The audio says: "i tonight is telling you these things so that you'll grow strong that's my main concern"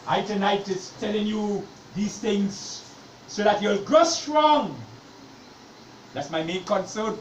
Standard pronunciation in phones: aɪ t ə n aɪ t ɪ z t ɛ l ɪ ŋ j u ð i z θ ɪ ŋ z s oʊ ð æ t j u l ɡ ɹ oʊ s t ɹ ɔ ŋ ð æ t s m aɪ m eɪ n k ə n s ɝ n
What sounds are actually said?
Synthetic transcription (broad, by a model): aɪ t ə n aɪ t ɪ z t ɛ l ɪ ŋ j u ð i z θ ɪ ŋ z s oʊ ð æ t j u l ɡ oʊ s t ɹ ɔ ŋ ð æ t s m aɪ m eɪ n k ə n s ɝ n